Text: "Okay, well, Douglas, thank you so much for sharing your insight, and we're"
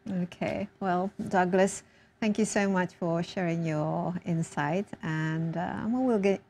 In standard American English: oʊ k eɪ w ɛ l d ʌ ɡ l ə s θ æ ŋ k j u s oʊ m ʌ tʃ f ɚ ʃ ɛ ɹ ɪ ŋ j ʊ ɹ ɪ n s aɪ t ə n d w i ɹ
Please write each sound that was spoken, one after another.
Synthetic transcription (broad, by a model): oʊ k eɪ w ɛ l d ʌ ɡ l ə s θ æ ŋ k j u s oʊ m ʌ tʃ f ɚ ʃ ɛ ɹ ɪ ŋ j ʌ ɹ ɪ n s aɪ t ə n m w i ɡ